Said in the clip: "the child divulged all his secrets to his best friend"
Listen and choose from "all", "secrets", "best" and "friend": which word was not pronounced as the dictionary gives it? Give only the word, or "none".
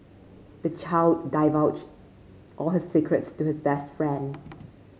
none